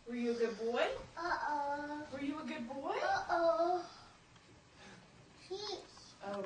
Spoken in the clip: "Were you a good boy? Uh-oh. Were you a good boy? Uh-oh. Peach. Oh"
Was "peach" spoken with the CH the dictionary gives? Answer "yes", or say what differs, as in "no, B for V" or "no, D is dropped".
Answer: no, S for CH